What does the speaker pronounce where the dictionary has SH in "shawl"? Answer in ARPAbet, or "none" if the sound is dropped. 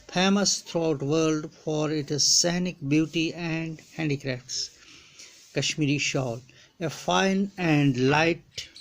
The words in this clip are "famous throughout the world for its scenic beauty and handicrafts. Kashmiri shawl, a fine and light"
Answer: SH